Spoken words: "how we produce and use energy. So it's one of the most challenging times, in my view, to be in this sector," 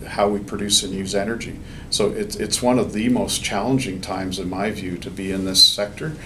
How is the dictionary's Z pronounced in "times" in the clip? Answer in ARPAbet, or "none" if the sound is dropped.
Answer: Z